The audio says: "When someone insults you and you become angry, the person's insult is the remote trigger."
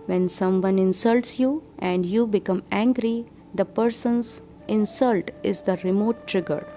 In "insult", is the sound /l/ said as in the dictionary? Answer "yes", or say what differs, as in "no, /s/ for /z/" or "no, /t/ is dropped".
yes